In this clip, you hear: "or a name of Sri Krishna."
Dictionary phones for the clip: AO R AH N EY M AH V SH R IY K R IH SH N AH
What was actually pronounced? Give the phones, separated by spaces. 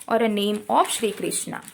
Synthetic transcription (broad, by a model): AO R AH N EY M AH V SH R IY K R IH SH N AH